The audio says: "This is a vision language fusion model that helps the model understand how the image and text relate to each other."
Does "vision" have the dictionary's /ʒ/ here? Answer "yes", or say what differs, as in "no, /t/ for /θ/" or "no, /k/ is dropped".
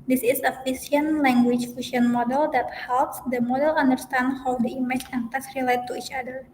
no, /s/ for /ʒ/